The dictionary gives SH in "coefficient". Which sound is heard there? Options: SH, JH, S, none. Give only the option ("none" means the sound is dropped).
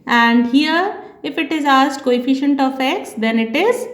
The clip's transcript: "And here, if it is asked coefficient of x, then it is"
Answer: SH